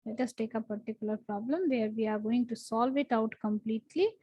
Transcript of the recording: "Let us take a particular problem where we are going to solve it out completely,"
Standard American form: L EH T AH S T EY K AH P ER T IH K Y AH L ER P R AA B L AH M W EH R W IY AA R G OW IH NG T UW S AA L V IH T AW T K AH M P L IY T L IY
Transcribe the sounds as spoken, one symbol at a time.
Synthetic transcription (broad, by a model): L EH T AH S T EY K AH P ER T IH K Y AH L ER P R AA B L AH M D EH R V IY AA R G OW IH NG T UW S AA L V IH T AW T K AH M P L IY T L IY